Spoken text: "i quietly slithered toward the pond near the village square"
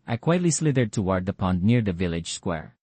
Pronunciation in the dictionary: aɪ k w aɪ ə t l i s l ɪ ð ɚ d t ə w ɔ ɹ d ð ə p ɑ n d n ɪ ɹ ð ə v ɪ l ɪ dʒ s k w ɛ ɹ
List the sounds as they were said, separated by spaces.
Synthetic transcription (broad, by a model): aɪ k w aɪ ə t l i s l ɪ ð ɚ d t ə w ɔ ɹ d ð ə p ɑ n d n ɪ ɹ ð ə v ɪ l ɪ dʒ s k w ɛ ɹ